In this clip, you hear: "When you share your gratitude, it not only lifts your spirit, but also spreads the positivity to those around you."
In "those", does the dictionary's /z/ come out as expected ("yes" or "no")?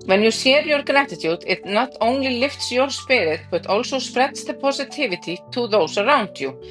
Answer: no